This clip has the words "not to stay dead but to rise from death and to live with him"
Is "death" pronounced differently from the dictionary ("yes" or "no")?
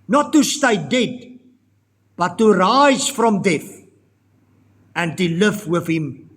yes